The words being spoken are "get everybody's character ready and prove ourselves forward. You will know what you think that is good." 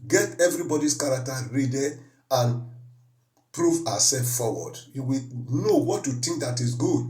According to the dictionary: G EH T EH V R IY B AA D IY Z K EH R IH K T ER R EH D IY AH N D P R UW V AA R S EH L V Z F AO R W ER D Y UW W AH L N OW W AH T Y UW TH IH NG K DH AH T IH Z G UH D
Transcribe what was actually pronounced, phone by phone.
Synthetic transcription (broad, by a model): G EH T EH V R IY B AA D IY S K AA R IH K T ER R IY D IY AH N P R UW V AA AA S EH L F F AO W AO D Y UW W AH N OW W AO T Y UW T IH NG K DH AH T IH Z G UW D